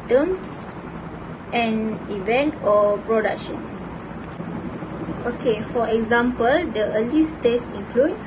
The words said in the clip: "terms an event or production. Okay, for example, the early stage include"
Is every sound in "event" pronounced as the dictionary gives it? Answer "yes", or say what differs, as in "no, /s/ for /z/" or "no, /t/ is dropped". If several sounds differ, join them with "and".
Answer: yes